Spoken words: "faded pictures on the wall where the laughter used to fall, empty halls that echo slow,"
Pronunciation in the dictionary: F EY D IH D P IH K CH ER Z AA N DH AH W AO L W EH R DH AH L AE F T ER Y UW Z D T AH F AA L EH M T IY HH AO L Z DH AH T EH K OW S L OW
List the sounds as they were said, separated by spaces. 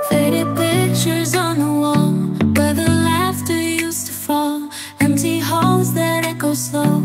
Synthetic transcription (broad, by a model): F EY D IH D P IH K CH ER Z N DH AH W AO L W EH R DH AH L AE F T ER Y UW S T AH F AA L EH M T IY HH AO L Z DH AH T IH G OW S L OW